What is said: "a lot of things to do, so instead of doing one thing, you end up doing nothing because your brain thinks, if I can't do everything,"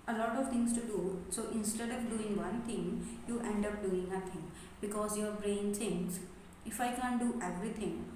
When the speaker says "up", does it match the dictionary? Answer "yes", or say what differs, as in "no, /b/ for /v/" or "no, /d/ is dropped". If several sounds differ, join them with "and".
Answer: yes